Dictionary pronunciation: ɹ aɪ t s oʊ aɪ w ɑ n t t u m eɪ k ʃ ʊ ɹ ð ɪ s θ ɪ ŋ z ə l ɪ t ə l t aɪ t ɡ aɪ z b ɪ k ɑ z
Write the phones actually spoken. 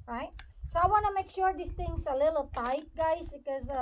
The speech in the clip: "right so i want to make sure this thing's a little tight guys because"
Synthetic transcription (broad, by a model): ɹ aɪ t s oʊ aɪ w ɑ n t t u m eɪ k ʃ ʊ ɹ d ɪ s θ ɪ ŋ s ə l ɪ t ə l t aɪ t ɡ aɪ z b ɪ k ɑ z